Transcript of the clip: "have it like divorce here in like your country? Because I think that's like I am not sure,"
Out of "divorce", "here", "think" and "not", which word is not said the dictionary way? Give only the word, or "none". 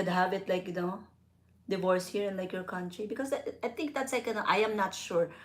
think